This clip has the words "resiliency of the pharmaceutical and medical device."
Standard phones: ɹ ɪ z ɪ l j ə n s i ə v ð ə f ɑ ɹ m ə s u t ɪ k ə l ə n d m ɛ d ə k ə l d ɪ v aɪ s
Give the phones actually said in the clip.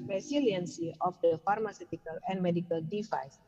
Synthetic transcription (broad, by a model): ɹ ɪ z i l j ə n s i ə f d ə f ɑ ɹ m ə s u t ɪ k ə l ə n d m ɛ d ə k ə l d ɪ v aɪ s